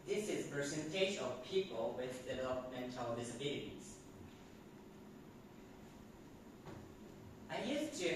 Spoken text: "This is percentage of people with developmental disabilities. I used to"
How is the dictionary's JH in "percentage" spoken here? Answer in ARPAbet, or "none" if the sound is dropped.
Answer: SH